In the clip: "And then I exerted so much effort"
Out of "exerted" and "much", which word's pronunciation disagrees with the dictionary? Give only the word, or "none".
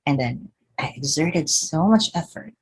none